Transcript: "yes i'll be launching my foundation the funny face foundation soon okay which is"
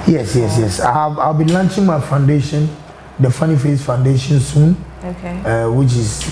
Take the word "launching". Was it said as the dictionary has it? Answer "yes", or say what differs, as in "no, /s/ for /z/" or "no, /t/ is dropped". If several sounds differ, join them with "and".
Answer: yes